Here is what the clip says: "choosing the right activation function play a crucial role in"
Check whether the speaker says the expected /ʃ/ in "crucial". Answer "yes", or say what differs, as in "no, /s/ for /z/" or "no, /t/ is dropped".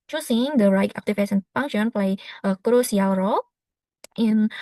no, /s/ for /ʃ/